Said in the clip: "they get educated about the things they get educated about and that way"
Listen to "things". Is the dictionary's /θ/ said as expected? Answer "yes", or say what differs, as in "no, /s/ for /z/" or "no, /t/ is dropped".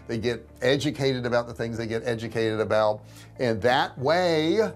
yes